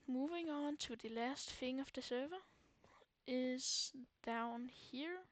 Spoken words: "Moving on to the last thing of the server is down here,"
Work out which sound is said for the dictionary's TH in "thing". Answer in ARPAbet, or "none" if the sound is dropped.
F